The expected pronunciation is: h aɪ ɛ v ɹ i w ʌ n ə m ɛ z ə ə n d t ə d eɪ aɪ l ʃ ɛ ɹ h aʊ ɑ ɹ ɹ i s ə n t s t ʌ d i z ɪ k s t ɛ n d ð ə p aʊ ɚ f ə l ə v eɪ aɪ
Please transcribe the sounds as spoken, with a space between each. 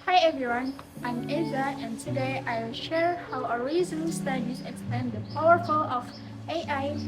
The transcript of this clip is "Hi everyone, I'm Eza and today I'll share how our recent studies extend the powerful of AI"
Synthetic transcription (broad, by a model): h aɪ ɛ v ɹ i w ʌ n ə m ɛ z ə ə n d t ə d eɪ aɪ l ʃ ɛ ɹ h aʊ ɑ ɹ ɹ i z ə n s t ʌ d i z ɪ k s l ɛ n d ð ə p aʊ ɚ f ə l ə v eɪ aɪ